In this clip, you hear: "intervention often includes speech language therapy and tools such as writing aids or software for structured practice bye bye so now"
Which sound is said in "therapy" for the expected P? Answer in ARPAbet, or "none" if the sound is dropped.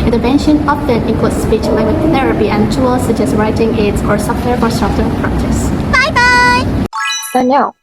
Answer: P